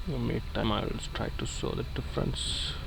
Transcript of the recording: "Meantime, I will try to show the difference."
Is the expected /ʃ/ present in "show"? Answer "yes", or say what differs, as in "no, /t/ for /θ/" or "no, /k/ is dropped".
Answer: no, /s/ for /ʃ/